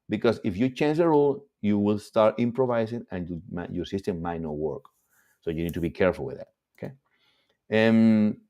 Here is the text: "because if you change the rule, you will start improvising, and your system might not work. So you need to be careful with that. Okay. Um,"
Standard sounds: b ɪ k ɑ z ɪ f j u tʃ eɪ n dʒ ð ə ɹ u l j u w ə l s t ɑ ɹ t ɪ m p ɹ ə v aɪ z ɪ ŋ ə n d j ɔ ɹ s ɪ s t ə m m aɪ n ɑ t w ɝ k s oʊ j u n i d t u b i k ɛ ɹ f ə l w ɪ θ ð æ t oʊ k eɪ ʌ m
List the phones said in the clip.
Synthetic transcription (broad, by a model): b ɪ k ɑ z ɪ f j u tʃ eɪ n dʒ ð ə ɹ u l j u w ə l s t ɑ ɹ t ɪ m p ɹ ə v aɪ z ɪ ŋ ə n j j ɔ ɹ s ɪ s t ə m m aɪ n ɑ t w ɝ k s oʊ j u n i d t u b i k ɛ ɹ f ə l w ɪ ð æ t oʊ k eɪ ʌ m